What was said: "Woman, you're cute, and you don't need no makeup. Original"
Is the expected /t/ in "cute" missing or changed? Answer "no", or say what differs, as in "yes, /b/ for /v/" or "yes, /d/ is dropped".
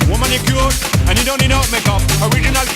yes, /t/ is dropped